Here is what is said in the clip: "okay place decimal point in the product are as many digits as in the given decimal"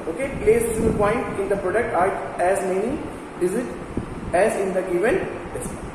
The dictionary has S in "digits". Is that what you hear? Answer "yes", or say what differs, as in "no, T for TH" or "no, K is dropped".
no, S is dropped